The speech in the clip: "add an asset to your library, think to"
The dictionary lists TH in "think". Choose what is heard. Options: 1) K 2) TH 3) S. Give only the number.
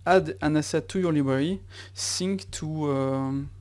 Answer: 3